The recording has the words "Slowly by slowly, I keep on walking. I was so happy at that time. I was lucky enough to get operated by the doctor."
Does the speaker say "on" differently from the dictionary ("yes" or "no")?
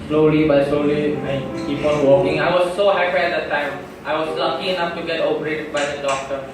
yes